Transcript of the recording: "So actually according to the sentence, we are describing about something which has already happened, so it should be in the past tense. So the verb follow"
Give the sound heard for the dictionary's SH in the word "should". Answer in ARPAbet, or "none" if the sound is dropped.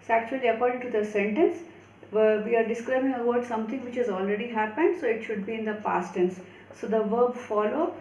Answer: SH